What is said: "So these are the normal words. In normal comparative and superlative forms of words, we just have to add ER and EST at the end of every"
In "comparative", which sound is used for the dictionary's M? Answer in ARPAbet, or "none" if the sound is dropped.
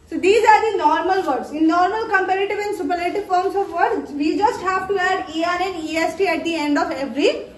M